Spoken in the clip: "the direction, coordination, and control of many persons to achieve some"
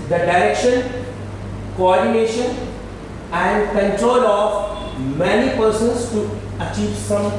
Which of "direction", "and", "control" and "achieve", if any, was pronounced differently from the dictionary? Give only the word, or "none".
none